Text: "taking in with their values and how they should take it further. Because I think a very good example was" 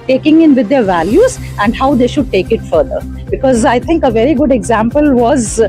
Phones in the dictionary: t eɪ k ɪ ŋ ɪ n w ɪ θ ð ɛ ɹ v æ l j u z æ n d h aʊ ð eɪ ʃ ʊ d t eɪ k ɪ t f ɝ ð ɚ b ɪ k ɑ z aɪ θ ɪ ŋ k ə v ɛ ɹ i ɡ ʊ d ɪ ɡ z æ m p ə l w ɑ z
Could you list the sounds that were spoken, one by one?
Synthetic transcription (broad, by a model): t eɪ k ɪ ŋ ɪ n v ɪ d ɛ ɹ v æ l j u z æ n d h aʊ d eɪ ʃ ʊ d t eɪ k ɪ t f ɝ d ɚ b ɪ k ɑ z aɪ t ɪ ŋ k ə v ɛ ɹ i ɡ ʊ d ɪ ɡ z æ m p ə l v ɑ z